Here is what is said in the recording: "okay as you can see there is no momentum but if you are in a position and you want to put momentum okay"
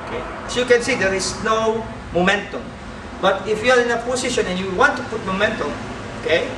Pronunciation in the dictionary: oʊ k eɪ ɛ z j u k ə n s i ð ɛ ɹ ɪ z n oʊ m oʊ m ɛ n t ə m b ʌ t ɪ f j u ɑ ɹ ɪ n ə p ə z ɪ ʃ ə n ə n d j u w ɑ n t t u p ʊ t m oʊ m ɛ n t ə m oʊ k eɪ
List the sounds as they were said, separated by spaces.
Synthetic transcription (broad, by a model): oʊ k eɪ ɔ j u k ə n s i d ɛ ɹ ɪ s n oʊ m oʊ m ɛ n t ə m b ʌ t ɪ f j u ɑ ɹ ɪ n ə p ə s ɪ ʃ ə n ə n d j u w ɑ n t t u p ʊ t m oʊ m ɛ n t ə m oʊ k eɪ